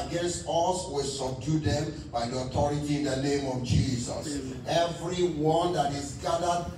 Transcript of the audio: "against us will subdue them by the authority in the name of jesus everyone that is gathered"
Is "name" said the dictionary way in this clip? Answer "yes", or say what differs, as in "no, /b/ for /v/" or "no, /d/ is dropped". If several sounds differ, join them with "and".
yes